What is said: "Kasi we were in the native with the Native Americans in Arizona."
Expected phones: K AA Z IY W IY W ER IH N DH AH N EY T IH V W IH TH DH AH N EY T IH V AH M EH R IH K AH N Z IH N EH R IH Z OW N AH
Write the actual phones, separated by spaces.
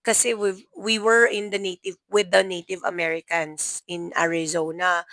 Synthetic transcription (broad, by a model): K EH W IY W IY W ER IH N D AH N EY T IH V W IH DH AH N EY T IH V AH M EH R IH K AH N S IH N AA R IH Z OW N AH